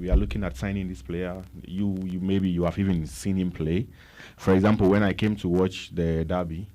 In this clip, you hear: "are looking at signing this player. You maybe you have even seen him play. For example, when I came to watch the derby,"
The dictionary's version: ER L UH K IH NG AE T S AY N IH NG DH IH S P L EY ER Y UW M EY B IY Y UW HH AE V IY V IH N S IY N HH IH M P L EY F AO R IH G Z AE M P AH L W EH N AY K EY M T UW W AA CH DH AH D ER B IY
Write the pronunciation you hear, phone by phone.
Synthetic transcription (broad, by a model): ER L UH K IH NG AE T S AY N IH NG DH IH S P L EY ER Y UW M EY B IY Y UW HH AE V IY V IH N S IY N HH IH M P L EY F AO R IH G Z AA M P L W EH N AY K EY M T UW W AA CH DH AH D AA B IY